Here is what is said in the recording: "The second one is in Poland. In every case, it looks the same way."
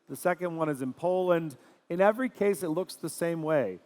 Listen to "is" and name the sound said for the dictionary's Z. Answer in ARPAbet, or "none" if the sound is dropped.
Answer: Z